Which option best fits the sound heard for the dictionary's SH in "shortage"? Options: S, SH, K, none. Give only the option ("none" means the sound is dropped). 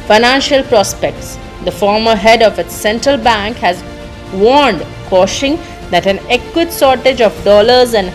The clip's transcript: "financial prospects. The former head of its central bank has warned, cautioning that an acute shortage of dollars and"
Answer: S